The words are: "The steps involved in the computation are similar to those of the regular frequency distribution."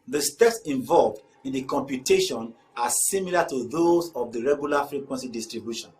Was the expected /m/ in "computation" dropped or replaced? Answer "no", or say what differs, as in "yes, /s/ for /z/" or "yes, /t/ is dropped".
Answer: no